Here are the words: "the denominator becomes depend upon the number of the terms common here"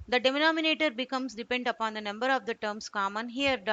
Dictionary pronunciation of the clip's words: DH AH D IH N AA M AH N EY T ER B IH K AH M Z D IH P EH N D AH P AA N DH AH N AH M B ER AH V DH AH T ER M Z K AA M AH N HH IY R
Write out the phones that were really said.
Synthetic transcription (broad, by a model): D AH D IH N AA M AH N EY T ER B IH K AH M S D IH P EH N D AH P AA N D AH N AH M B ER AH V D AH T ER M S K AA M AH N HH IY R